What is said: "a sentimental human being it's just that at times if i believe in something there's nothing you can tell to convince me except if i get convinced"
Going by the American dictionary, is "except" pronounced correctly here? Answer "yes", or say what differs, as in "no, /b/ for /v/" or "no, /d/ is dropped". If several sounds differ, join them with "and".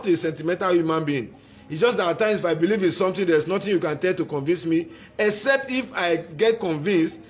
yes